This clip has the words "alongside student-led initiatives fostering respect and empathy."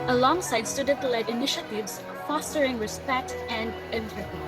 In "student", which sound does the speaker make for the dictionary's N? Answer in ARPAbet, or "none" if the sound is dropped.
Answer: none